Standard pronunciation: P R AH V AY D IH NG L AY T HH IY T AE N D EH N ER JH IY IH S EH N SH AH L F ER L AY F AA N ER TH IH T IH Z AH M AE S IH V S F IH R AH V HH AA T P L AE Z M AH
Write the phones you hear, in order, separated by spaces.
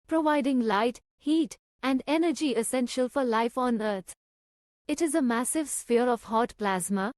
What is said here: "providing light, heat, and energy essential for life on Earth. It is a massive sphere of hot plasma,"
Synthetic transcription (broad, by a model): P R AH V AY D IH NG L AY T HH IY T AE N D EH N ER JH IY IH S EH N SH AH L F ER L AY F AA N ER T IH T IH Z AH M AE S IH V S F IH R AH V HH AA T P L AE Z M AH